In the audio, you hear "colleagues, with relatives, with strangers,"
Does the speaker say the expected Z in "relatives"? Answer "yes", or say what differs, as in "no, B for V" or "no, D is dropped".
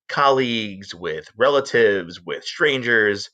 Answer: yes